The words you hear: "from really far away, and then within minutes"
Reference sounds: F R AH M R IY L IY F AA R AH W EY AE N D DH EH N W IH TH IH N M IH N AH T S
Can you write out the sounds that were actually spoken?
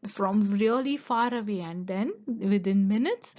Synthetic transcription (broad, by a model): F R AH M R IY L IY F AA R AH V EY AE N D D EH N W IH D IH N M IH N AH T S